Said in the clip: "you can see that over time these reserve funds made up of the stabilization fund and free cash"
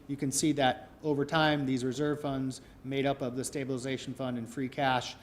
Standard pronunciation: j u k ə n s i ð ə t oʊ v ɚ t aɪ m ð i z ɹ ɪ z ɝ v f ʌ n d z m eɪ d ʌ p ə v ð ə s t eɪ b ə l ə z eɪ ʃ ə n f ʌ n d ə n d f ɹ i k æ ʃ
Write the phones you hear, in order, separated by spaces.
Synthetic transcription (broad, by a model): j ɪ k ə n s i ð ə t oʊ v ɚ t aɪ m ð i z ɹ ɪ z ɝ v f ʌ n d z m eɪ d ʌ p ə v ð ə s t eɪ b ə l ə z eɪ ʃ n f ʌ n d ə n f ɹ i k æ ʃ